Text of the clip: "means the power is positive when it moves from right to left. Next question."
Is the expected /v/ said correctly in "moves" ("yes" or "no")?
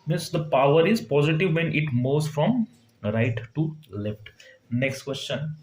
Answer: no